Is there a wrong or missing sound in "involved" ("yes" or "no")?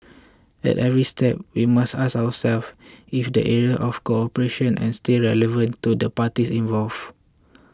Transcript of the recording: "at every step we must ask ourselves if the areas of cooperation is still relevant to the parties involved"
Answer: yes